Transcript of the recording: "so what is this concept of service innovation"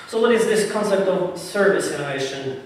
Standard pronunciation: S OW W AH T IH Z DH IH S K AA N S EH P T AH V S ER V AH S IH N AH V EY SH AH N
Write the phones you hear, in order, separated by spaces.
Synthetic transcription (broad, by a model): S OW W AH T IH Z DH IH S K AA N S EH P T AH V S ER V AH S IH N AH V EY SH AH N